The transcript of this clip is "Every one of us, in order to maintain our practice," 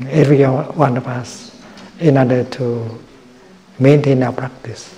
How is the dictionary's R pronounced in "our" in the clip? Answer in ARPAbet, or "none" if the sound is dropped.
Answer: W